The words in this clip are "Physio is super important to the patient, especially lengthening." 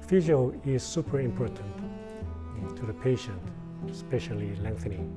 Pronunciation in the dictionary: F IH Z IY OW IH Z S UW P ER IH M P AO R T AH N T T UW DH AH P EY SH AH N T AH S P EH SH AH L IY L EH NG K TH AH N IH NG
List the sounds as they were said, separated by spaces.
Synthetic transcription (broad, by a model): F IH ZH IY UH IH Z S UW P ER IH M P AO R T AH N T T UW DH AH P EY SH AH N T S P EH SH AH L IY L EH NG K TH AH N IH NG